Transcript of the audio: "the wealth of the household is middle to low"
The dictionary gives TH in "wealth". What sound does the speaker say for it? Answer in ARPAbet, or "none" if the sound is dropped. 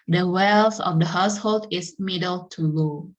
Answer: S